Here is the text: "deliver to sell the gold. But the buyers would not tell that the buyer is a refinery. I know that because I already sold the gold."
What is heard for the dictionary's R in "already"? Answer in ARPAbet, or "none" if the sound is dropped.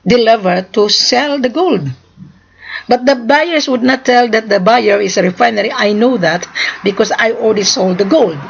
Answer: L